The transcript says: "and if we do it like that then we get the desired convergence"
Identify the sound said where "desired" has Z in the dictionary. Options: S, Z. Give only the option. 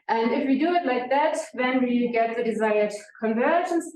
Z